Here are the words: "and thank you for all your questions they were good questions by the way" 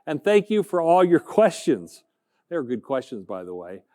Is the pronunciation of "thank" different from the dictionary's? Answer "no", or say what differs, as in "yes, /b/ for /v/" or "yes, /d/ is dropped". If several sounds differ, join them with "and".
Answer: no